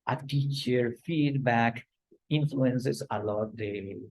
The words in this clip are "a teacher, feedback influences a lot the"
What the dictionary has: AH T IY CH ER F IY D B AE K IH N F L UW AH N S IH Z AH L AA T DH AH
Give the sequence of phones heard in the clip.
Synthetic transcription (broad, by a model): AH T IY CH ER F IY D B AE K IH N F L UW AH N S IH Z AH L AA T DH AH